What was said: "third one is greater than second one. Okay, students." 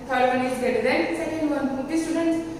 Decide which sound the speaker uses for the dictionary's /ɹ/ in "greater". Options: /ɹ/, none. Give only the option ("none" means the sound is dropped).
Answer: none